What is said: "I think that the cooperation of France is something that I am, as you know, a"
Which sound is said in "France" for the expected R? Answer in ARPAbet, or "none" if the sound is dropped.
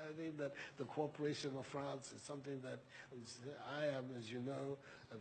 R